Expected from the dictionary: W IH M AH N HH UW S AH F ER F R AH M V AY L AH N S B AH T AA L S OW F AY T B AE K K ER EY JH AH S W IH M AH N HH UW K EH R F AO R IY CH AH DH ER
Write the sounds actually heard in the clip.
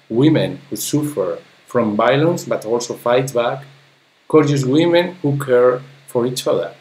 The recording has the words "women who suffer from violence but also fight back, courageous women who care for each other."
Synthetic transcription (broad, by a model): W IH M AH N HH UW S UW F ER F R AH M B AY L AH N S B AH T AA L S OW F AY T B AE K K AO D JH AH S W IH M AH N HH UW K EH R F AO R IY CH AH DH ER